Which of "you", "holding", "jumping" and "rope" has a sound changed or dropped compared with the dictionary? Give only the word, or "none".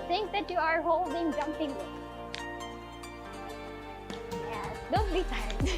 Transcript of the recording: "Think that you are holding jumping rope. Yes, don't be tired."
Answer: rope